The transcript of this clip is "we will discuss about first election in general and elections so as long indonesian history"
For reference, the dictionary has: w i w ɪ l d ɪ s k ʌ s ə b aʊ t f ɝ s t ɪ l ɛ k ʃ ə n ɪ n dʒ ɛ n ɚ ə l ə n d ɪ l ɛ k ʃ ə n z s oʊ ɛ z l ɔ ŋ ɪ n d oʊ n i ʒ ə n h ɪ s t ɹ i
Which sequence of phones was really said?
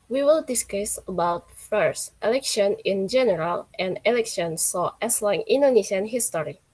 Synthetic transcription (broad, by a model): w i w ɪ l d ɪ s k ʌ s ə b aʊ t f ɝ s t ɪ l ɛ k ʃ ə n ɪ n dʒ ɛ n ɚ ə l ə n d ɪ l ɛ k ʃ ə n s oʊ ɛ s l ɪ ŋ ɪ n d oʊ n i ʃ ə n h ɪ s t ɹ i